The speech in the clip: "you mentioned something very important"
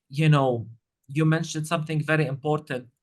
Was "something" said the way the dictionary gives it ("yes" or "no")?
yes